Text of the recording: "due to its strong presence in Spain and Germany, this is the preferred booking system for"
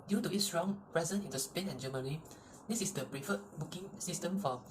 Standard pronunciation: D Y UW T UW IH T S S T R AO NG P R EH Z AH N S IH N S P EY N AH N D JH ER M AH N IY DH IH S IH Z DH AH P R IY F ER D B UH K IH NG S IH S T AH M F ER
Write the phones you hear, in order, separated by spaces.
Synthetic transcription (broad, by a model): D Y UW T UW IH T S S R AO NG P R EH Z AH N IH N S P EY N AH N JH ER M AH N IY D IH S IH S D AH P R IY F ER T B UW K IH NG S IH S T AH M F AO